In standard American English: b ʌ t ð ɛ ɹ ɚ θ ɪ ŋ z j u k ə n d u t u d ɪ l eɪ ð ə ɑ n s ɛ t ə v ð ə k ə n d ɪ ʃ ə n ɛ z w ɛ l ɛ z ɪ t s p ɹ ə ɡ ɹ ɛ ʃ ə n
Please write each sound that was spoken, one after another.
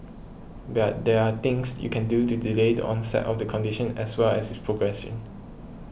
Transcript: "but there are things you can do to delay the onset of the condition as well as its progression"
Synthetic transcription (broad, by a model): b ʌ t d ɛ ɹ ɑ t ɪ ŋ s j u k ə n d u t u d ɪ l eɪ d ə ɑ n s ɛ t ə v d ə k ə n d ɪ ʃ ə n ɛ s w ɛ l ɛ s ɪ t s p ɹ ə ɡ ɹ ɛ s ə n